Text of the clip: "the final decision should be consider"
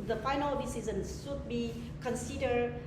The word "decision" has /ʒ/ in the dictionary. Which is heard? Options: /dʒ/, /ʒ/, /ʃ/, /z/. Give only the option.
/z/